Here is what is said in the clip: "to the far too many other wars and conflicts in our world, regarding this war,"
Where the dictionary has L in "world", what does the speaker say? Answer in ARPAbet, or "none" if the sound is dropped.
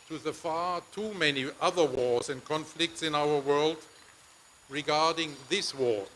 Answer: L